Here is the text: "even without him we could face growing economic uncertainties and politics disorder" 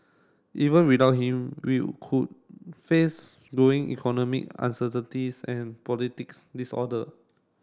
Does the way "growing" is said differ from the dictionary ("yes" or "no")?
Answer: yes